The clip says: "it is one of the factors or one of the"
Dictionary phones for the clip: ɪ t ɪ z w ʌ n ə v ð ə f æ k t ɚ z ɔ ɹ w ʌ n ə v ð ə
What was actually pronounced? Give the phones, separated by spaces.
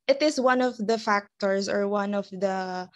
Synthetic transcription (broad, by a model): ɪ t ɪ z w ʌ n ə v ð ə f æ k t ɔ s ɔ ɹ w ʌ n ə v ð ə